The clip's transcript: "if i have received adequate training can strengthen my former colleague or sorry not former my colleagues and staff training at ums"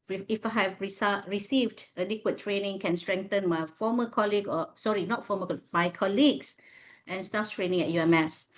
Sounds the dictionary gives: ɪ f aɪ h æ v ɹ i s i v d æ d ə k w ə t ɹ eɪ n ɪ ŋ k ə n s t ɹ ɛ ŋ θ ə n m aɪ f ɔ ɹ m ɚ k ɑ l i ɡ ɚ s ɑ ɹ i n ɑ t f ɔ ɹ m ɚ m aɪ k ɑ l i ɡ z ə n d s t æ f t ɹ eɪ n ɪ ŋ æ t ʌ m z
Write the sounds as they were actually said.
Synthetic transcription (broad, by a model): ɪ f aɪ h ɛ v ɹ i s i v d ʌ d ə k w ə t ɹ eɪ n ɪ ŋ k ə n s t ɹ ɛ ŋ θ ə n m aɪ f ɔ m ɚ k ɑ l i ɡ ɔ s ɑ ɹ i n ɑ t f ɔ m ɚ m aɪ k ɑ l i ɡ s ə n s t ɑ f t ɹ eɪ n ɪ ŋ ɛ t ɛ m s